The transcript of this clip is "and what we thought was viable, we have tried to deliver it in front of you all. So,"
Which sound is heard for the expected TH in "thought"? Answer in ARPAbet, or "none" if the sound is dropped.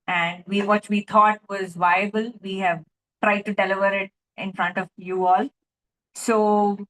T